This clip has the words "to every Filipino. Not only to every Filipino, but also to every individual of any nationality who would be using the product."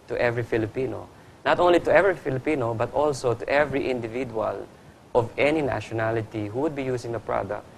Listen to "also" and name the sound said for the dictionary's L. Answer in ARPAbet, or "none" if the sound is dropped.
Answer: L